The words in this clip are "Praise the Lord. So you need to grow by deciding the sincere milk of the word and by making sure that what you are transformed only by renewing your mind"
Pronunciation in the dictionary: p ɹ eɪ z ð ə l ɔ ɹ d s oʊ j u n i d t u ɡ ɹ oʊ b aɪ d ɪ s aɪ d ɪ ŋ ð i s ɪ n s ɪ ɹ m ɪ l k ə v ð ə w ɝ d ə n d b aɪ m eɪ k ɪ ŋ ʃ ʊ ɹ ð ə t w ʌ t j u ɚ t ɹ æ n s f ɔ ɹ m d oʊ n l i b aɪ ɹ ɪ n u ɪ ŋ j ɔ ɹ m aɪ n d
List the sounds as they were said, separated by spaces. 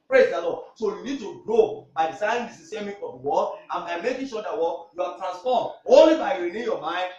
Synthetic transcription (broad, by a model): p ɹ eɪ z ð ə l ɔ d s oʊ j u n i d t u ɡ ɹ oʊ b aɪ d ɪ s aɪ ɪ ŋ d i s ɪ s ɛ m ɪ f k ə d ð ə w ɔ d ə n b aɪ m eɪ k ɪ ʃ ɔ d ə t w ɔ j u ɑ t ɹ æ n s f ɔ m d oʊ n l i b aɪ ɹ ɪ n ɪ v j ɔ m aɪ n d